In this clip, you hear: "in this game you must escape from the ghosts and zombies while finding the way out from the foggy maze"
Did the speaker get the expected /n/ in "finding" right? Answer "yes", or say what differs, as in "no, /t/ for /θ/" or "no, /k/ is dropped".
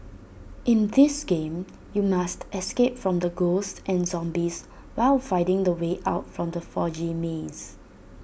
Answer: no, /n/ is dropped